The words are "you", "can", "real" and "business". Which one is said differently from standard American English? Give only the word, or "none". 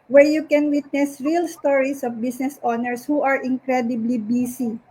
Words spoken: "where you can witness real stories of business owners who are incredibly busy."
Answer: business